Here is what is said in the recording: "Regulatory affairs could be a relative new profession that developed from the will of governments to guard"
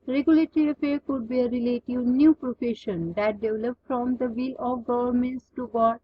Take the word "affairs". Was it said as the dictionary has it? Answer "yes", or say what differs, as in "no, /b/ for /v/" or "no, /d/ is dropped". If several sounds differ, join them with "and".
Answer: no, /z/ is dropped